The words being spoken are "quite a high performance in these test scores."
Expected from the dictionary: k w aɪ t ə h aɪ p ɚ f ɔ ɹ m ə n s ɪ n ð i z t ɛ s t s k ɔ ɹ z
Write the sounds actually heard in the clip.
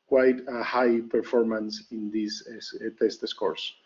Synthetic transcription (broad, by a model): k w aɪ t ə h aɪ p ɚ f ɔ ɹ m ə n s ɪ n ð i s t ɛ s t s k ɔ ɹ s